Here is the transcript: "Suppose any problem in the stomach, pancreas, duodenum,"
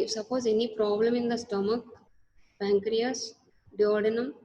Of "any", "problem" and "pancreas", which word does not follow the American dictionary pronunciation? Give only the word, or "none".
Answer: pancreas